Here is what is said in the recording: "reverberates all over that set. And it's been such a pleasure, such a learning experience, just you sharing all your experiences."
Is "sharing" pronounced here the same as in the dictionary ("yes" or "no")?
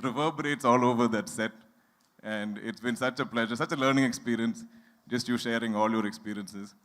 yes